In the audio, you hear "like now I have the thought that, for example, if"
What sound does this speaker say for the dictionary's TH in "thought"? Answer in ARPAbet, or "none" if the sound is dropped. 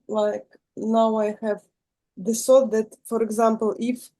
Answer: S